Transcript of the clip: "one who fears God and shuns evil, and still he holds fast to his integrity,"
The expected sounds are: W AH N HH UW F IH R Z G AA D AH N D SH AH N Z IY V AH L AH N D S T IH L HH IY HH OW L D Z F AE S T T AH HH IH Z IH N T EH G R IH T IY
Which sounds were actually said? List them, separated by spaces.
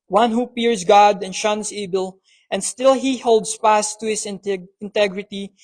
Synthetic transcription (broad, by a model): W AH N HH UW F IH R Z G AA D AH N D SH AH N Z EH B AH L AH N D S T IH L HH IY HH OW L D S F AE S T T AH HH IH S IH N T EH G R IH T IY